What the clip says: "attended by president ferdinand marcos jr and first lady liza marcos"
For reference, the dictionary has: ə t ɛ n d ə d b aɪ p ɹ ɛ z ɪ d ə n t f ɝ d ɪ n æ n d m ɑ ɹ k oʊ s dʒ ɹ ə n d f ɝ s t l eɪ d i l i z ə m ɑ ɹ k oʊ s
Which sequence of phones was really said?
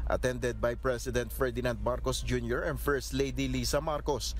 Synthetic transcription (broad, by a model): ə t ɛ n d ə d b aɪ p ɹ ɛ s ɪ d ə n t f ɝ d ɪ n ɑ n d m ɑ ɹ k oʊ s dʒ ɹ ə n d f ɝ s t l eɪ d i l i s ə m ɑ ɹ k oʊ s